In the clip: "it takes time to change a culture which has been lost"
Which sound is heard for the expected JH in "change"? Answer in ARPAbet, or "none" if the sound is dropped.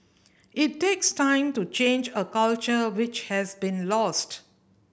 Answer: JH